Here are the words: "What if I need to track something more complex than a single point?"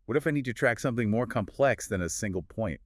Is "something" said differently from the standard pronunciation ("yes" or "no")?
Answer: no